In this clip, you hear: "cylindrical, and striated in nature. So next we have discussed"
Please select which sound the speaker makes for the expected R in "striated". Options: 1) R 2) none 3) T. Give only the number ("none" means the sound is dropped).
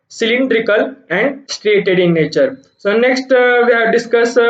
1